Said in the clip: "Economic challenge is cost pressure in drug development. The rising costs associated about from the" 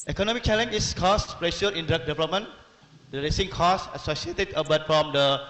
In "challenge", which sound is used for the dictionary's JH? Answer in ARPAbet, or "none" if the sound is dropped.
none